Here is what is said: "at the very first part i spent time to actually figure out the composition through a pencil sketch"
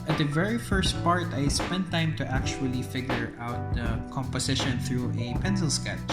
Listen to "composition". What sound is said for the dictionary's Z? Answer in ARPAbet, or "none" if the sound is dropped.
S